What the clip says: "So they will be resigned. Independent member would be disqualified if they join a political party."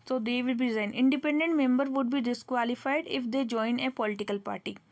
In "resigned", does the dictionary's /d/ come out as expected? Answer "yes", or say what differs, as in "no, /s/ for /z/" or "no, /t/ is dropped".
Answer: no, /d/ is dropped